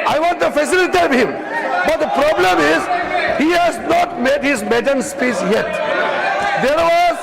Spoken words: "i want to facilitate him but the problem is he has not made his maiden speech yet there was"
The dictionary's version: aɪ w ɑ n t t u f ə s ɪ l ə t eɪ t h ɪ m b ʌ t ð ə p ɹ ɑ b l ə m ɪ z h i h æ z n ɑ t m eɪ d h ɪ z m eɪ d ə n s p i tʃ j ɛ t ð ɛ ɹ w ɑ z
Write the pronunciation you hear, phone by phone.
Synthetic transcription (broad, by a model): aɪ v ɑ n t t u f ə s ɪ l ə t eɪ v h ɪ m b ʌ t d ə p ɹ ɑ b l ə m ɪ z h i h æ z n ɑ t m eɪ d h ɪ z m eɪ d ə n s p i s j ɛ t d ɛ ɹ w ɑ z